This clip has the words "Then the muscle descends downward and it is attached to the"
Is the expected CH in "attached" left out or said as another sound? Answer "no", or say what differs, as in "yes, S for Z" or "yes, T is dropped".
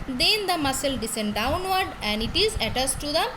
yes, S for CH